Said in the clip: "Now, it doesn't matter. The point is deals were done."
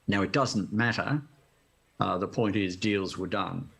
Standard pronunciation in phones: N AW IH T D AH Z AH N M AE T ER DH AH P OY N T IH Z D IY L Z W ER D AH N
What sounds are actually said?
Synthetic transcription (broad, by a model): N AW IH T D AH Z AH N M AE T ER DH AH P OY N T IH Z D IY L Z W ER D AH N